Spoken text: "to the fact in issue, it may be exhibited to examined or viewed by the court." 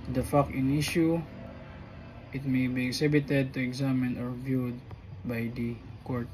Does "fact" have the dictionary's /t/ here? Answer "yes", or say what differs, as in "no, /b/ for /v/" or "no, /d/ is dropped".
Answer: no, /t/ is dropped